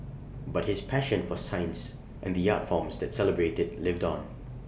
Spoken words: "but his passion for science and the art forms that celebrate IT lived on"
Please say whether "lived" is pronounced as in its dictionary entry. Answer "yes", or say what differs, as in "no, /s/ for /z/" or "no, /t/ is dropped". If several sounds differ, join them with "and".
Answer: yes